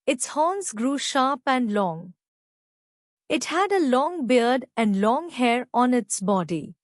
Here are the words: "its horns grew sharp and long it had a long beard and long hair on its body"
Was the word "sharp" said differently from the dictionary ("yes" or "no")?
no